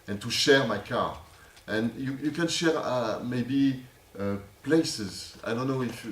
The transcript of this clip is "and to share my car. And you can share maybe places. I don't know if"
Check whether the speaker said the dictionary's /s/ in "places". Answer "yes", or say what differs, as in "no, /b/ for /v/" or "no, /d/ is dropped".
yes